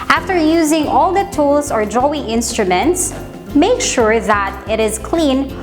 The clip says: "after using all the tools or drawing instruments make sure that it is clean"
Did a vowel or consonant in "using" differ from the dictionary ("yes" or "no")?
no